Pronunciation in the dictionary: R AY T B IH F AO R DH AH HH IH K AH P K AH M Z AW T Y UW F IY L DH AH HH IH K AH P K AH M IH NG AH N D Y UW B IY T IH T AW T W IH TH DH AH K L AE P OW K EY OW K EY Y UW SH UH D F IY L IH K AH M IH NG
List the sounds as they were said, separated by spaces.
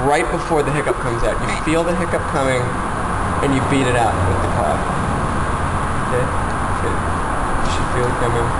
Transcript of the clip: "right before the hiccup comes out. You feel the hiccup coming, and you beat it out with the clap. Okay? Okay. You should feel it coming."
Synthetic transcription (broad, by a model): R AY T B IH F AO R DH AH HH IH K AH P K AH M Z AW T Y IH F IY L DH AH HH IH K AH P K AH M IH NG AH N Y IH B IY T IH T AW T W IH DH AH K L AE F OW K EY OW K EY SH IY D F IY L IH K AH M IH NG